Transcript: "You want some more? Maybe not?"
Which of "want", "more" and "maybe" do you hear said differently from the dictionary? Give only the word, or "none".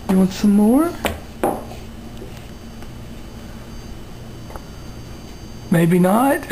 none